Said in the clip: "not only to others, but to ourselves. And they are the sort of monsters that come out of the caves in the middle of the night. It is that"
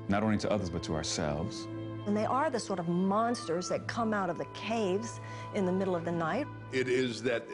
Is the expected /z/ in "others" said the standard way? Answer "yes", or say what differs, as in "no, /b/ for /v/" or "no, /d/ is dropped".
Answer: yes